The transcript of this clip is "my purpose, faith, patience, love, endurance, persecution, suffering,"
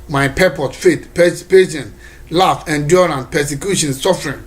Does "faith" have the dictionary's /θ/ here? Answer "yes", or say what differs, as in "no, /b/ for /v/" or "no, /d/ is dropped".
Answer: no, /s/ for /θ/